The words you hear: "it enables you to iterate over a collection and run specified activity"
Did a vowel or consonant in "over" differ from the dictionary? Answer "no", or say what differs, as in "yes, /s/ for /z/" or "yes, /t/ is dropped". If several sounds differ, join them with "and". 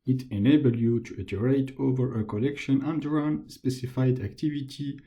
no